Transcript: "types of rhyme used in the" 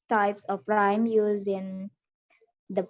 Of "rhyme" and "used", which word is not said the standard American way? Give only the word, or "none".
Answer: used